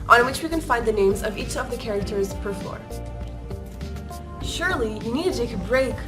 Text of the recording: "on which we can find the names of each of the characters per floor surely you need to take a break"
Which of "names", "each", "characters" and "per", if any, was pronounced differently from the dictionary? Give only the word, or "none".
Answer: none